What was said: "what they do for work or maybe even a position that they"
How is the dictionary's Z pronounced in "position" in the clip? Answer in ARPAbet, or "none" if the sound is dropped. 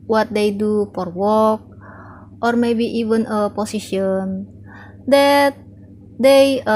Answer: S